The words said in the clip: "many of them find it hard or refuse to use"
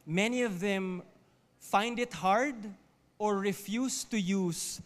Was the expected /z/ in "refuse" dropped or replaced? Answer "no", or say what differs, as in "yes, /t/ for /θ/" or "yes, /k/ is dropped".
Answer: yes, /s/ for /z/